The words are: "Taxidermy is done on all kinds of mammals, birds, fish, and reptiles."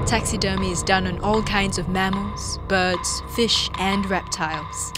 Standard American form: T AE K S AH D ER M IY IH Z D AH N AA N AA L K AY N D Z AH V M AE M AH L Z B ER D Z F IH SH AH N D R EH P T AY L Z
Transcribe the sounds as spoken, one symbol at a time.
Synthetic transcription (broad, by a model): T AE K S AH D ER M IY IH Z D AH N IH N AA L K AY N D Z AH V M AE M AH L Z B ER D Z F IH SH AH N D R EH P T AY L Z